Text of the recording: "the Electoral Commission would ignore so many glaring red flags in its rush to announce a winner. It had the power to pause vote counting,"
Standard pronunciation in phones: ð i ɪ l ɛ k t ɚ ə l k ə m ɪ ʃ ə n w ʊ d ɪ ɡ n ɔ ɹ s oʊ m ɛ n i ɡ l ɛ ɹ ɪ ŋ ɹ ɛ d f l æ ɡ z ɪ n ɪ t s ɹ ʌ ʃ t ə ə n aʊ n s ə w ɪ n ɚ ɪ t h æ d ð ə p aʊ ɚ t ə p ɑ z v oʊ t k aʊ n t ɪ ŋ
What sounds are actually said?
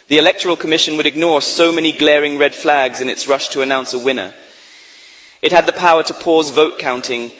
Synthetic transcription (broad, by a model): ð i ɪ l ɛ k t ɚ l k ə m ɪ ʃ ə n w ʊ d ɪ ɡ n ɔ ɹ s oʊ m ɛ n i ɡ l ɛ ɹ ɪ ŋ ɹ ɛ d f l æ ɡ z ɪ n ɪ t s ɹ ʌ ʃ t ə ə n aʊ n s ə w ɪ n ɚ ɪ t h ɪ d ð ə p aʊ ɚ t ə p ɑ z v oʊ t k aʊ n t ɪ ŋ